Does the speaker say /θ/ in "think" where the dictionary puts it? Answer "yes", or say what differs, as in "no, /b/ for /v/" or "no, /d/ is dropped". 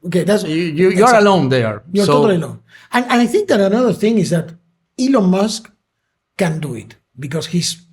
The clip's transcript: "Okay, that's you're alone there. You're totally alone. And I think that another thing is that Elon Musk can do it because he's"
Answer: yes